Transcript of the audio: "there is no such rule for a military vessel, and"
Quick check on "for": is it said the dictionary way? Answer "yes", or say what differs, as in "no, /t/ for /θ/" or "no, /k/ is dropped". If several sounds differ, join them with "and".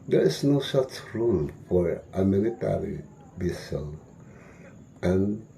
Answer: yes